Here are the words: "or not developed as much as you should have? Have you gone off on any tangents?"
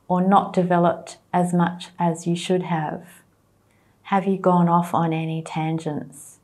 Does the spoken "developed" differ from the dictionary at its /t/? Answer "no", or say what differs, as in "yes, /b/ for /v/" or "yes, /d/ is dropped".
no